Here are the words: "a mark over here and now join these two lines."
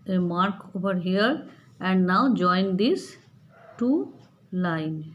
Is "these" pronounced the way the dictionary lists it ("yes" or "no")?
no